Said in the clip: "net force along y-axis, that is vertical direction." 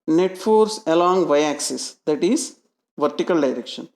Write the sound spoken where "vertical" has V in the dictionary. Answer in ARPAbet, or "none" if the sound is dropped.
V